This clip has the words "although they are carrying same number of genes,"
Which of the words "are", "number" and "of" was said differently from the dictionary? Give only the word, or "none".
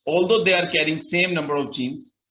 none